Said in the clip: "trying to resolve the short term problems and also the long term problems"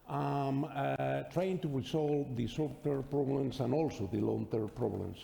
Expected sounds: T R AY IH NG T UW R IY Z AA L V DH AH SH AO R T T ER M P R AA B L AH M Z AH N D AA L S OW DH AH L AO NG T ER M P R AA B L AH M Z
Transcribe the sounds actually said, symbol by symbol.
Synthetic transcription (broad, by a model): T R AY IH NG T UW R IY S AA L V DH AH S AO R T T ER P R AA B L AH M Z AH N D AA L S OW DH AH L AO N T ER P R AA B L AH M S